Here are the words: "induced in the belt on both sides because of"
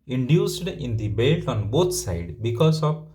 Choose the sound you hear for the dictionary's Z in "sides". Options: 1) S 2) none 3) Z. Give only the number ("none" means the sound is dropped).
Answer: 2